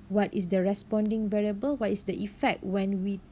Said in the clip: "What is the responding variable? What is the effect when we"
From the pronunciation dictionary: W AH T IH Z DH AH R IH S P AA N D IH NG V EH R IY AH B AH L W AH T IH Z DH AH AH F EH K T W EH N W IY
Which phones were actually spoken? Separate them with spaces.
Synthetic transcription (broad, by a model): W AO T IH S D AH R IH S P AA N D IH NG V EH R IY AH B AH L W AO T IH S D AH AH F EH K T W EH N W IY